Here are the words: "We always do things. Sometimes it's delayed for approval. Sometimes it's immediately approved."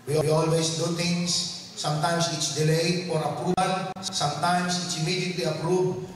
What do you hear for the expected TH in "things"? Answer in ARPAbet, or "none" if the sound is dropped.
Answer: T